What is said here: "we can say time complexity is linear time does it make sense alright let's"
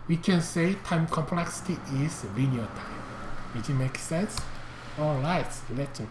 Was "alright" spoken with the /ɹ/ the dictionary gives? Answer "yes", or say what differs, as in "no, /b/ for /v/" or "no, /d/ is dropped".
no, /ɹ/ is dropped